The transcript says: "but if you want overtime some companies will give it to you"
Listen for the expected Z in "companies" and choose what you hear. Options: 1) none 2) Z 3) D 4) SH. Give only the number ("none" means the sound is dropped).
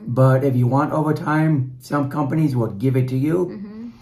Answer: 2